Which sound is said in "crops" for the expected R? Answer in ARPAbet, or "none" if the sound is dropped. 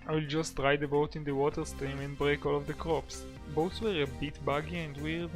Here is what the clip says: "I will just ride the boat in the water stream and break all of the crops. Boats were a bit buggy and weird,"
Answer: R